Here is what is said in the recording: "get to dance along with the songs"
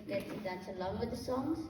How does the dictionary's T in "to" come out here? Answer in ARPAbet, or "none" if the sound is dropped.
S